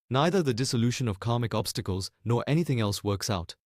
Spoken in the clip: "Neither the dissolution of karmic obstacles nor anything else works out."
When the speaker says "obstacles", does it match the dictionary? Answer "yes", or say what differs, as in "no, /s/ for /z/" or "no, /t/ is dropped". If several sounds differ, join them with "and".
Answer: yes